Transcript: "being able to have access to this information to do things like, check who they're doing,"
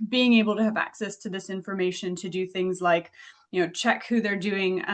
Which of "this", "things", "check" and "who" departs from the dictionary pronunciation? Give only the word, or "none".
none